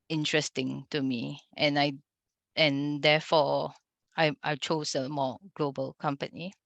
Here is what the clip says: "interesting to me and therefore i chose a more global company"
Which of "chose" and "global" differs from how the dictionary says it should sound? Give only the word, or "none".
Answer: chose